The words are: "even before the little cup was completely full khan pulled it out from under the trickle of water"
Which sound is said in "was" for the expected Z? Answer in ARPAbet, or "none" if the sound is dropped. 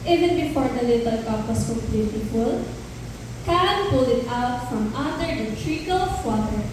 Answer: S